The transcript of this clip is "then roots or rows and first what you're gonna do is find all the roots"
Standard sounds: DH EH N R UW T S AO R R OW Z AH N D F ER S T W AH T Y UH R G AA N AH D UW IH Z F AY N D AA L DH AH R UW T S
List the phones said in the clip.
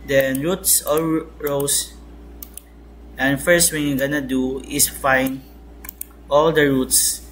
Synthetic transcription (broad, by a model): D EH N R UW T S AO L R OW S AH N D F ER S T W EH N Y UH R G AA N AH D UW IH S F AY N AA L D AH R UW T S